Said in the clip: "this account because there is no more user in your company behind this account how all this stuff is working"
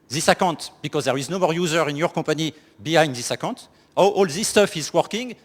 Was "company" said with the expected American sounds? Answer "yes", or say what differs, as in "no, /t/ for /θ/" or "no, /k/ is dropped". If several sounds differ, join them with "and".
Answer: no, /m/ is dropped